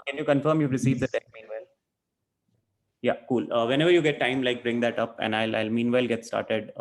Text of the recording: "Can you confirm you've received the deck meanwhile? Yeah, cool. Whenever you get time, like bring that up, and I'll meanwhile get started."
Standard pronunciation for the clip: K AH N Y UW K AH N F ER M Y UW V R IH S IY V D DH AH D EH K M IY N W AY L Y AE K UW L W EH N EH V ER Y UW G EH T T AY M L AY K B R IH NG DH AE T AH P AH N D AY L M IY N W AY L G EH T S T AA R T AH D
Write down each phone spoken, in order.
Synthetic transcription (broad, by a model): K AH N Y UW K AH N F ER M Y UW P R IH S IY V D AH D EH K M IY N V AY L Y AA K UW L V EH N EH V ER Y UW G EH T T AY M L AY K B R IH NG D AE T AH P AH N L AY L M IY N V AY L G EH T S T AA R T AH D